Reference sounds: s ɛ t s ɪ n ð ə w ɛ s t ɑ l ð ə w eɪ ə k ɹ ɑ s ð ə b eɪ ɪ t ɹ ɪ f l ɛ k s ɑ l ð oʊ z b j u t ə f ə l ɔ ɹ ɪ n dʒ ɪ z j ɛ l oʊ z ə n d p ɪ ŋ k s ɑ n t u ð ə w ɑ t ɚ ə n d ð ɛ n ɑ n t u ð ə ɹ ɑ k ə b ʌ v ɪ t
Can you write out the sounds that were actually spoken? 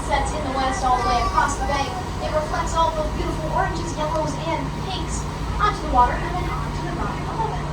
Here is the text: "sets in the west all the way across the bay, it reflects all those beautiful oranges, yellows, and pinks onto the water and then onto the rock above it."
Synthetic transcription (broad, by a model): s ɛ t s ɪ n ð ə w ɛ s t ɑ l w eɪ ə k ɹ ɑ s ð ə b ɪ ɪ t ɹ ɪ f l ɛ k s ɑ l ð oʊ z b j u t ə f l ɔ ɹ ɪ n dʒ ɪ z j ɛ l oʊ z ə n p ɪ k s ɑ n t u ð ə w ɑ t ɚ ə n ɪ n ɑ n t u ð ə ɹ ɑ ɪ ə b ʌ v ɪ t